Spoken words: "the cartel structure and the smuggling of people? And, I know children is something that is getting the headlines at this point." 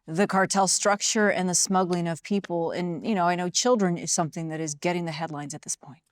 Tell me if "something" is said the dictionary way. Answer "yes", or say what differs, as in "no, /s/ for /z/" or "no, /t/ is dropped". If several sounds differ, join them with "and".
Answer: yes